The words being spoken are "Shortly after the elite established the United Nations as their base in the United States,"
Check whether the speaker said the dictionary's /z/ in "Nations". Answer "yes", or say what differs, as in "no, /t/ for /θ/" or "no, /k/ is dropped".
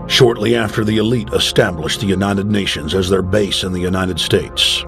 yes